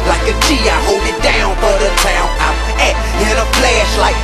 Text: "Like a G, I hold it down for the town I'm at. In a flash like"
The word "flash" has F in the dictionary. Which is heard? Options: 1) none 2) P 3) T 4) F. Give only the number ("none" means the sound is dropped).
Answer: 2